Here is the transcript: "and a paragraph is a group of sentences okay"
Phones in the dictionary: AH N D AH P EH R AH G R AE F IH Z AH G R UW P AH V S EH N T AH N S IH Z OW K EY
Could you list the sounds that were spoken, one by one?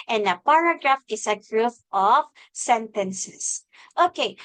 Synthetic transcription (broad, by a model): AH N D AH P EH R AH G R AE F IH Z AH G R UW F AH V S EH N T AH N S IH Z OW K EY